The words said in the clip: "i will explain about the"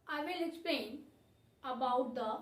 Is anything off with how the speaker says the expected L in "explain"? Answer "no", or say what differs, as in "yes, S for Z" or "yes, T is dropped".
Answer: yes, L is dropped